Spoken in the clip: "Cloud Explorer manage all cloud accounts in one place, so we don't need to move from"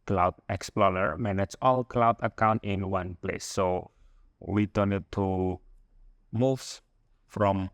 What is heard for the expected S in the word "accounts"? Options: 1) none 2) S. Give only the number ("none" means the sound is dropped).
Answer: 1